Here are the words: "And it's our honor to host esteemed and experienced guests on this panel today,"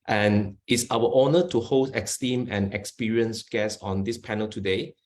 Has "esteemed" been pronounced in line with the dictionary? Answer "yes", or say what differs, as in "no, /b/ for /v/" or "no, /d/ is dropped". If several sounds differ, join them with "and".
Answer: no, /d/ is dropped